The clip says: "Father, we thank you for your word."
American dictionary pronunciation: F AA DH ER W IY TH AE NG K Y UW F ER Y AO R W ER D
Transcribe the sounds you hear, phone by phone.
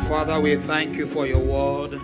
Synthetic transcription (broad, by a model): F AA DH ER W IY TH AE NG K Y UW F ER Y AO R W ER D